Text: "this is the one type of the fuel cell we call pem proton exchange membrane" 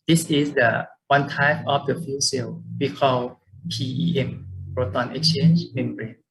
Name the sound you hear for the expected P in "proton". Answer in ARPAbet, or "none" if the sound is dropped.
B